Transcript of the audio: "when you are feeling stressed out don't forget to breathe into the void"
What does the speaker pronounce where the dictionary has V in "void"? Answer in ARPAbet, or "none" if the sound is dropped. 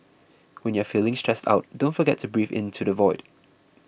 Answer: V